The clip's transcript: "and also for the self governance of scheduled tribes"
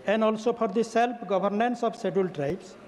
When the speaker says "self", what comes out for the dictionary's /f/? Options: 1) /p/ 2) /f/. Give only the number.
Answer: 1